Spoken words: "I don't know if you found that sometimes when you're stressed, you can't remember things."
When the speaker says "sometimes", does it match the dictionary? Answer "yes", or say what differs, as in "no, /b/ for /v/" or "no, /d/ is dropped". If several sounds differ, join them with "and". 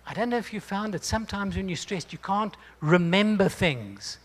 yes